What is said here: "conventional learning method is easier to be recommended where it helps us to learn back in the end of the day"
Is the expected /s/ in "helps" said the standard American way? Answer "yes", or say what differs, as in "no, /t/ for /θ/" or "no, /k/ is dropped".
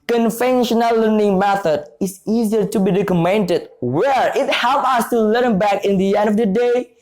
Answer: no, /s/ is dropped